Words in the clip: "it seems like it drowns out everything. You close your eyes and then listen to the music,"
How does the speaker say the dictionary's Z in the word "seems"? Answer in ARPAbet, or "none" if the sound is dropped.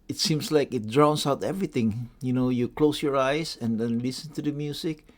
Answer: S